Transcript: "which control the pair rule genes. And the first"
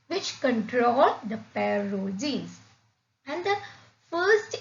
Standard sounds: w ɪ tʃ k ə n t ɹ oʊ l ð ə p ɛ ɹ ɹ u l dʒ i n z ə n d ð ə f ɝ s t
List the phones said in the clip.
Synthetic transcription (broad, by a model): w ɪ tʃ k ə n t ɹ oʊ l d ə p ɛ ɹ ɹ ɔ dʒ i z ə n d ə f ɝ s t